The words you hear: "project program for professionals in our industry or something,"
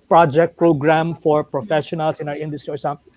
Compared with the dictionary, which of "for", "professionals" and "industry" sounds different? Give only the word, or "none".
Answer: professionals